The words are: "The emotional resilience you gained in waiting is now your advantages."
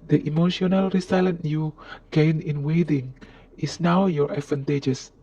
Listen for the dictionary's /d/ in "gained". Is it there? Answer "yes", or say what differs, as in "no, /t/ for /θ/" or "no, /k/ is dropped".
no, /d/ is dropped